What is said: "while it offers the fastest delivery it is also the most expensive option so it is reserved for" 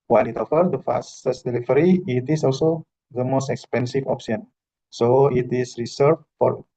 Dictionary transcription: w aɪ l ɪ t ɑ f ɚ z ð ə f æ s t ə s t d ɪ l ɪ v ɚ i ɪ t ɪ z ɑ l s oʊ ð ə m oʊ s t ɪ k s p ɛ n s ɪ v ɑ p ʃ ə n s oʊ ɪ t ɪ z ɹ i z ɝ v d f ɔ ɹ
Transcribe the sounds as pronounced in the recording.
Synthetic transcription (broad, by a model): w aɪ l ɪ t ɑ f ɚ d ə f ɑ s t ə s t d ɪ l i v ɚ i ɪ t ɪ s ɑ l s oʊ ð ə m oʊ s t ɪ k s p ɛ n s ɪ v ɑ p s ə n s oʊ ɪ t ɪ s ɹ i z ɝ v f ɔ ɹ